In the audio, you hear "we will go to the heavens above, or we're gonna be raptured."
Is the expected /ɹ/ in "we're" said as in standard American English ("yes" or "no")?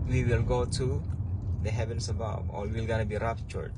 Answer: no